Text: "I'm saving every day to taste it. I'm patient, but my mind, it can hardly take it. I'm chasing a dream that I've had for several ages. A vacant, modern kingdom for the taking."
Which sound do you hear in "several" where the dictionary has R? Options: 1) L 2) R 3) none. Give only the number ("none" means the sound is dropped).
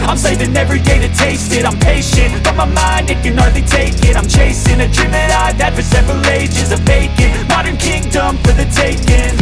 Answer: 2